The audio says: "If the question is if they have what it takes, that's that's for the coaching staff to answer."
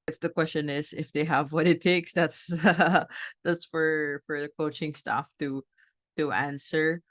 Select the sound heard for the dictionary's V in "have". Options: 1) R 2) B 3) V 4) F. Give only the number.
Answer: 3